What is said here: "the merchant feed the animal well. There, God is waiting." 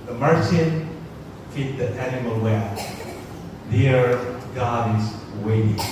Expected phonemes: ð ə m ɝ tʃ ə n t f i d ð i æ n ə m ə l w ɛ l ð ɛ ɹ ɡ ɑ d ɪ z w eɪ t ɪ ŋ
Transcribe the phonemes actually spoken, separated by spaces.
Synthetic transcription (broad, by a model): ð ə m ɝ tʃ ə n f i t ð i æ n ə m ə l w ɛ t ð ɛ ɹ ɡ ɑ d ɪ z w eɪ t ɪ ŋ